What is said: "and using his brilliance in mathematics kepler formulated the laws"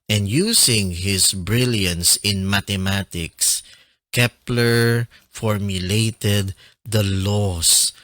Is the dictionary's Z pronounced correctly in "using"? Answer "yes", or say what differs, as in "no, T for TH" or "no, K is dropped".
no, S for Z